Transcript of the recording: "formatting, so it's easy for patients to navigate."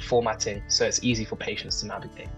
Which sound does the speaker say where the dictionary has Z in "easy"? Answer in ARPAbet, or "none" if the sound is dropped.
Z